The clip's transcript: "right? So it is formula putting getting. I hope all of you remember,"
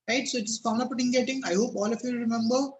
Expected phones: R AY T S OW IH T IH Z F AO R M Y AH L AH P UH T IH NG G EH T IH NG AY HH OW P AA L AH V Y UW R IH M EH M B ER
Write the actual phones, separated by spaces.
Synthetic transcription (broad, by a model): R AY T S OW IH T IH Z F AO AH N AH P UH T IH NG G EH T IH NG AY HH OW P AA L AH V Y UW R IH M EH M B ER